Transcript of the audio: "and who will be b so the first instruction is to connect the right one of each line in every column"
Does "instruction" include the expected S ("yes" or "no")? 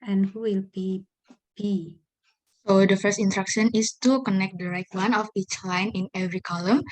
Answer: no